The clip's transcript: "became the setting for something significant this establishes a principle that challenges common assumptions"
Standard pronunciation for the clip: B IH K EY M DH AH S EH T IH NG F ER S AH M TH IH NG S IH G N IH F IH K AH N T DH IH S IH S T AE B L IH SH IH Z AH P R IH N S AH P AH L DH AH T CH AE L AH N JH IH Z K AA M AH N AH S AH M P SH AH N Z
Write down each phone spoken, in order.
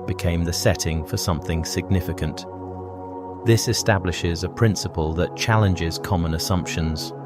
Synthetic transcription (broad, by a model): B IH K EY M DH AH S EH T IH NG F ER S AH M TH IH NG S IH G N IH F IH K AH N T DH IH S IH S T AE B L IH SH IH Z AH P R IH N S AH P AH L DH AH T CH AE L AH N JH IH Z K AA M AH N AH S AH M P SH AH N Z